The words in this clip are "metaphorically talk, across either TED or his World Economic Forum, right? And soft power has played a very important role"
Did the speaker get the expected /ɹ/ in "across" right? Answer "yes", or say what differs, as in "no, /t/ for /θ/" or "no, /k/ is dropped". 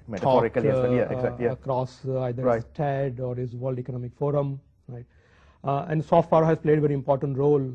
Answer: yes